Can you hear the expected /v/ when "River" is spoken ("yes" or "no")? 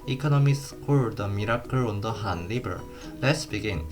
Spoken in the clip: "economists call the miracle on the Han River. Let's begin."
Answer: no